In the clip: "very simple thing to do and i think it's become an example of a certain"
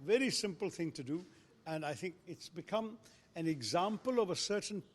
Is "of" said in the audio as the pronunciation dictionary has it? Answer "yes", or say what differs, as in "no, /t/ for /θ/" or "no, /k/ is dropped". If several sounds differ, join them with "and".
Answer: yes